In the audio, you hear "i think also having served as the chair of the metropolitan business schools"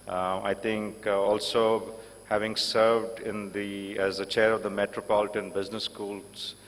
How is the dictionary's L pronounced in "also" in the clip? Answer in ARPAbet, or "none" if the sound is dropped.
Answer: L